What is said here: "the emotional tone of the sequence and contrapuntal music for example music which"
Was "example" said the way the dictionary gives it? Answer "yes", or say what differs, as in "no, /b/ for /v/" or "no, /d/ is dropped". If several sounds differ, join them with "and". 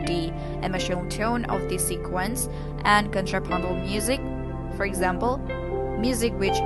yes